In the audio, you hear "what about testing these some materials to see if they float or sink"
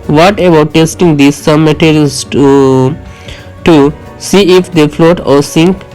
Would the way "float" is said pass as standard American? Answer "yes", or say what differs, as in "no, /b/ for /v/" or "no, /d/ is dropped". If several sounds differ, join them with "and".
yes